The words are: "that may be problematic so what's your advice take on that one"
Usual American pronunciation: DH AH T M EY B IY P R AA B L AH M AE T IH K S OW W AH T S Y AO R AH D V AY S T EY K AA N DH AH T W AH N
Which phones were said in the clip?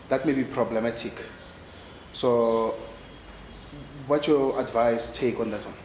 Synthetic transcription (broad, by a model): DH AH T M EY B IY P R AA B L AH M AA T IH K S OW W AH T Y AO AH D V AY S T EY K AA N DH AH T W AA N